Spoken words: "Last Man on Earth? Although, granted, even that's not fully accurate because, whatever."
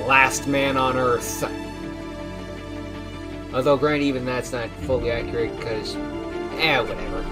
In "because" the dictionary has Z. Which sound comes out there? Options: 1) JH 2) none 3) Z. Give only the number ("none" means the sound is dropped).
2